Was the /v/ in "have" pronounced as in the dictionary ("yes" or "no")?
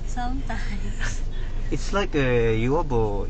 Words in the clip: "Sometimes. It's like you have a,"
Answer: no